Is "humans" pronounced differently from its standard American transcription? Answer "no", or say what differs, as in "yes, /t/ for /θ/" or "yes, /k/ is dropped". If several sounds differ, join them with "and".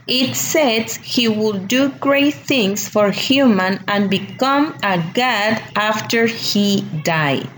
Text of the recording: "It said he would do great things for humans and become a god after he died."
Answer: yes, /z/ is dropped